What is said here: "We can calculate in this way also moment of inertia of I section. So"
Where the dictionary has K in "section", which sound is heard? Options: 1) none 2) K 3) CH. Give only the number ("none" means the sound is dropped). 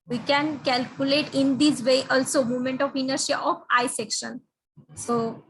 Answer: 2